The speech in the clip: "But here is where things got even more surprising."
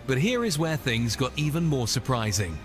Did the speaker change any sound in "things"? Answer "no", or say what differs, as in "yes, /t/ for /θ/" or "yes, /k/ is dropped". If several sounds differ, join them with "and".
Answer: no